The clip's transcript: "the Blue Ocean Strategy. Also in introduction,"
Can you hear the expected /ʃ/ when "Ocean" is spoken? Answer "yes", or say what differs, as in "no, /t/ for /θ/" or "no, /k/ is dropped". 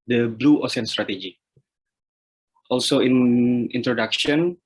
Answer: no, /s/ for /ʃ/